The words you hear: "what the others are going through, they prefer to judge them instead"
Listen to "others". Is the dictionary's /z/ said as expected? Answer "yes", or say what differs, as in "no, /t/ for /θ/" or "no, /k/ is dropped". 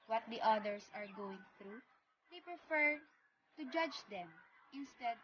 no, /s/ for /z/